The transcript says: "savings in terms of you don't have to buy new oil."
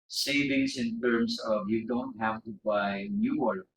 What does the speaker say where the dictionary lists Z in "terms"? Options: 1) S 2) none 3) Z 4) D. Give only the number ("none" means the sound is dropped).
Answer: 1